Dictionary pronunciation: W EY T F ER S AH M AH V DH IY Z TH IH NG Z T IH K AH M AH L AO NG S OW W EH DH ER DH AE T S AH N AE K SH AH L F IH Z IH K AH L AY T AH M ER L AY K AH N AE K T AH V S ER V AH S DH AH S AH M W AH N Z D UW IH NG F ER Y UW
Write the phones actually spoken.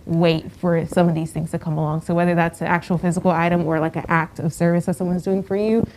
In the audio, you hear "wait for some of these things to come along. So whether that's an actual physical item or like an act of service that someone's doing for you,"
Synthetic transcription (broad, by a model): W EY T F ER S AH M AH V DH IY Z TH IH NG Z T IH K AH M AH L AO NG S OW W EH DH ER DH AE T S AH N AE K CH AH L F IH Z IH K L AY T AH M ER L AY K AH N AE K T AH V S ER V AH S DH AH S AH M W AH N Z D UW IH NG F ER Y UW